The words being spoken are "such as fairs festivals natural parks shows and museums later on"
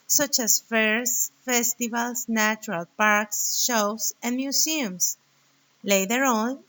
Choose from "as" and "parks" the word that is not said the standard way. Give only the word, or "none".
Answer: as